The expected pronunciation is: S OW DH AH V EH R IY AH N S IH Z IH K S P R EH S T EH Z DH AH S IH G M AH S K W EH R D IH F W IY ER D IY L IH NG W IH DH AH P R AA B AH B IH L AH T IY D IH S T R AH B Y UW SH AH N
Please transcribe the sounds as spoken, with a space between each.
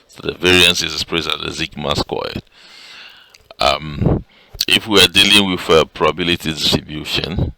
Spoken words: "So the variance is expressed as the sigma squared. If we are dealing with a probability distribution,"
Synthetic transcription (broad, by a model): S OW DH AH V EH R IY AH N S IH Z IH S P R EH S AA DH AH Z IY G M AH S K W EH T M IH F W IY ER D IY L IH NG W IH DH AH P R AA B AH B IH L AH T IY D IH S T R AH B Y UW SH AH N